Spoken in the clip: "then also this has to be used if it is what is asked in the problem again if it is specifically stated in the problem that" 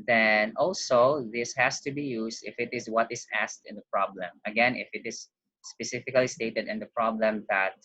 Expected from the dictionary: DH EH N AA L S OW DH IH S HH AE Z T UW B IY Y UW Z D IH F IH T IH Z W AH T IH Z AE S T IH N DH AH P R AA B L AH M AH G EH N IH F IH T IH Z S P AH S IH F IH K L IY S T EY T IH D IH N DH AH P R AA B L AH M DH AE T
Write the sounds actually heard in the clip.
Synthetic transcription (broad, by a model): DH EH N AA L S OW DH IH S HH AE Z T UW B IY Y UW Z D IH F IH T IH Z W AH T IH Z AE S T IH N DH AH P R AA B L AH M AH G EH N IH F IH T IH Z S P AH S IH F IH K L IY S T EY T IH D IH N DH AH P R AA B L AH M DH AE T